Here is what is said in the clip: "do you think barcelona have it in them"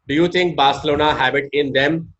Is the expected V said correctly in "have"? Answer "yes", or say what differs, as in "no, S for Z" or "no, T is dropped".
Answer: no, B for V